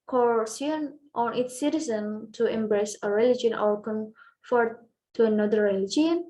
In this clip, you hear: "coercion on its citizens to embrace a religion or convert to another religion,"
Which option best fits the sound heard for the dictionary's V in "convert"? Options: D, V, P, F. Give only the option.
F